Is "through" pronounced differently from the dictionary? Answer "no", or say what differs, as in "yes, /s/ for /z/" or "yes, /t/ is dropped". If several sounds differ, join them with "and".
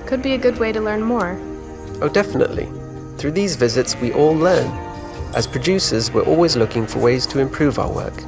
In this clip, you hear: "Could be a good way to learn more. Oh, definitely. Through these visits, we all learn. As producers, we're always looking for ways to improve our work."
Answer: no